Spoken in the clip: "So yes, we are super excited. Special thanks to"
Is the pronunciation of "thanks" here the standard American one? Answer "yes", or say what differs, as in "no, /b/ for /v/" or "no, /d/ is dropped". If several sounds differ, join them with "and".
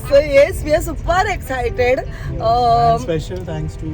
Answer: no, /t/ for /θ/